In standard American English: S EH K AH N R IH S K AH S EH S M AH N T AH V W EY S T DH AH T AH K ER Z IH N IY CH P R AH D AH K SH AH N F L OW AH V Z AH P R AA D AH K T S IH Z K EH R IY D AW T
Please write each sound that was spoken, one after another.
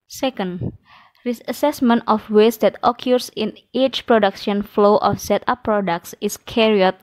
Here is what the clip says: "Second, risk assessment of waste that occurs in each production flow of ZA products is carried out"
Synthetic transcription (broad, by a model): S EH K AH N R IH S AH S EH S M AH N T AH F W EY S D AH T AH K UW S IH N IY CH P R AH D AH K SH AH N F L OW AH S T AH P R AA D AH K T S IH S K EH R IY AO T